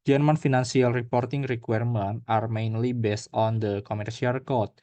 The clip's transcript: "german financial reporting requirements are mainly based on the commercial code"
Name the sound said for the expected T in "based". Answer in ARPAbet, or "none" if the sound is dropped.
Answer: T